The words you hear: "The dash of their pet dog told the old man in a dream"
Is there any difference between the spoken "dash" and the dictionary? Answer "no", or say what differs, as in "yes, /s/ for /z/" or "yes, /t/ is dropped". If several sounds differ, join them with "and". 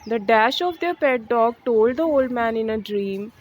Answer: no